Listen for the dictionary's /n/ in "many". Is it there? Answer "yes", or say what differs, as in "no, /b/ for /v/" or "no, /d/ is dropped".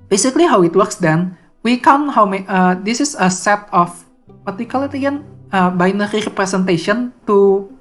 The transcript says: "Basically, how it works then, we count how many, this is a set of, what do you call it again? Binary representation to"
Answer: no, /n/ is dropped